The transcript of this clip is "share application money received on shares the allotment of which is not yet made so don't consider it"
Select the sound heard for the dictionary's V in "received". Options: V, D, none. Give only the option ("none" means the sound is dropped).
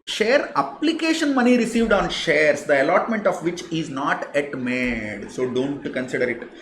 V